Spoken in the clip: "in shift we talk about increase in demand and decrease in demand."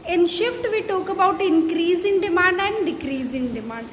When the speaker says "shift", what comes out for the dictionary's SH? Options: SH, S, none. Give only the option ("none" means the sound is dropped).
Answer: SH